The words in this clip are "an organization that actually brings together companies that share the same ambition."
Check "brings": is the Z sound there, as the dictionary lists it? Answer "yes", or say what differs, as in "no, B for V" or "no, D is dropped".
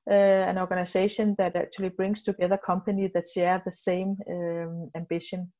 no, S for Z